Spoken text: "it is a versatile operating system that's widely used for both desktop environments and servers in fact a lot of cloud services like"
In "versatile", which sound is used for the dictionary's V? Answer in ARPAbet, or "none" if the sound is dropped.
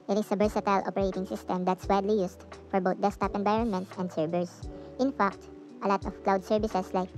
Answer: B